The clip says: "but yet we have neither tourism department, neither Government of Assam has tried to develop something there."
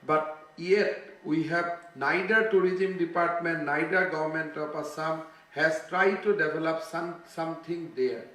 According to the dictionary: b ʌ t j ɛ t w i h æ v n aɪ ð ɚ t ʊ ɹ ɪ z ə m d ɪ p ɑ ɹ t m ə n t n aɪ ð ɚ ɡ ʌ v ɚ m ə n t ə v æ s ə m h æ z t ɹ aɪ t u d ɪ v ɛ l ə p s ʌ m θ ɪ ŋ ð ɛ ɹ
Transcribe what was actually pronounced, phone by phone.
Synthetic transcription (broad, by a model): b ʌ t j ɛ t w i h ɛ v n aɪ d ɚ t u ɹ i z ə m d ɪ p ɑ ɹ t m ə n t n aɪ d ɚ ɡ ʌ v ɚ m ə n t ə p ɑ s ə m h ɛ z t ɹ aɪ t u d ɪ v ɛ l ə p s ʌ m t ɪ ŋ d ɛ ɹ